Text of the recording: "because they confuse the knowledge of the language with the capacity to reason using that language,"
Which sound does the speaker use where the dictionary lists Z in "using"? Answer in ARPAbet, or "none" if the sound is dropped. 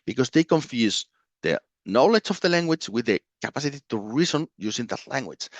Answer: S